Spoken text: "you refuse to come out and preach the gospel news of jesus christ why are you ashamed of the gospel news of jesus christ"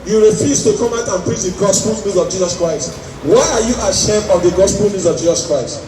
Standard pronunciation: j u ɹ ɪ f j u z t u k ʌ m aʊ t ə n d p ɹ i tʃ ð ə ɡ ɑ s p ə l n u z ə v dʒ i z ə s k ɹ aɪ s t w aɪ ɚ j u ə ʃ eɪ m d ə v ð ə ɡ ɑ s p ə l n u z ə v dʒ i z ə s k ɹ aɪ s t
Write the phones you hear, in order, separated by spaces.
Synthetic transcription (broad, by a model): j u ɹ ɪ f j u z t u k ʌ m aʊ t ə n p ɹ i tʃ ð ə ɡ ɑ s p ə l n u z ə v dʒ i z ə s k ɹ aɪ s t w aɪ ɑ j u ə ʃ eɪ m ə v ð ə ɡ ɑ s p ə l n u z ə v dʒ i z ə s k ɹ aɪ s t